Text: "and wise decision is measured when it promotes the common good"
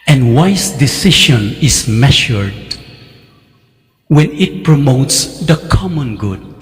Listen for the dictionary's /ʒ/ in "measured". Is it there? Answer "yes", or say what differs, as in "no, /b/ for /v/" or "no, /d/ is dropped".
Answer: no, /ʃ/ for /ʒ/